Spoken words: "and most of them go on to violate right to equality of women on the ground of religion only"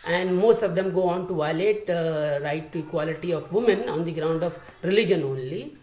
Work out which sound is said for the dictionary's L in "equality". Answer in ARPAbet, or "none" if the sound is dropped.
L